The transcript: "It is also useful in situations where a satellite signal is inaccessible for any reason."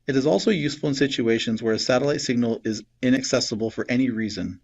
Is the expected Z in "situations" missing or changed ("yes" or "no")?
no